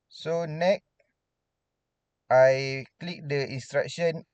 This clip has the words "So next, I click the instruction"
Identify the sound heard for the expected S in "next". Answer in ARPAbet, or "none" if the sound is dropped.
none